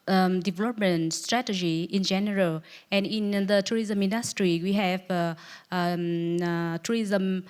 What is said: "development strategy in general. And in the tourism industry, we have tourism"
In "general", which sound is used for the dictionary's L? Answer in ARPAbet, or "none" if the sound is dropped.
L